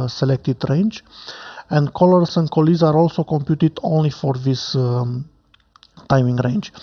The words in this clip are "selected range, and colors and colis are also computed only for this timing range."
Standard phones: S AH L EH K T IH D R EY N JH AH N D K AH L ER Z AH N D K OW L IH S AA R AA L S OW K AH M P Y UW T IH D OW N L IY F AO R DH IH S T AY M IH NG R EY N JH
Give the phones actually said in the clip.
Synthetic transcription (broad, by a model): S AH L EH K T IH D R EY N JH AH N D K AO L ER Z AH N D K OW L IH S AA R AA L S OW K AH M P Y UW T IH D OW N L IY F AO R DH IH S T AY M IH NG R EY N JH